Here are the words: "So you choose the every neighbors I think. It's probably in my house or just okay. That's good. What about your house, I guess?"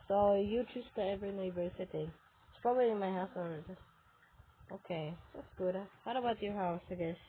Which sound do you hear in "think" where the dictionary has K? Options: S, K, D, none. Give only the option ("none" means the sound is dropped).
none